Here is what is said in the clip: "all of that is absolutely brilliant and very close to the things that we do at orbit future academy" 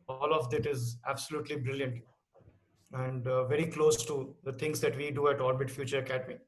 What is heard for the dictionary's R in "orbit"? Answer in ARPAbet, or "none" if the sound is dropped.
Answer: L